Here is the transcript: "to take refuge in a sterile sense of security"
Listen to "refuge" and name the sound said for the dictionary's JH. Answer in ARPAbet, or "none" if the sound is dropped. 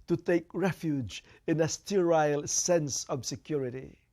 JH